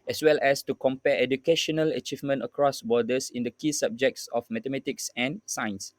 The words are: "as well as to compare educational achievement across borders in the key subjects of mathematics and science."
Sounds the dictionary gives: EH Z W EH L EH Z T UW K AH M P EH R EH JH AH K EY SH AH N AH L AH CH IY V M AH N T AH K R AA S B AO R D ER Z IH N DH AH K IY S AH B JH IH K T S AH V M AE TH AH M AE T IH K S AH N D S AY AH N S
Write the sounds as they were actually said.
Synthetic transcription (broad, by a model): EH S W EH L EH S T UW K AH M P EH EH JH AH K EY SH AH N AH L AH CH IY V M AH N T AH K R AA S B AO D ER S IH N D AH K IY S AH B JH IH K T S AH F M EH T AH M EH T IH K S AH N S AY N S